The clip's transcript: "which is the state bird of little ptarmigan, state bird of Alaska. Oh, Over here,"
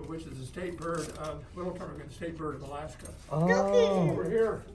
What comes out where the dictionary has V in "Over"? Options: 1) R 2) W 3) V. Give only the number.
2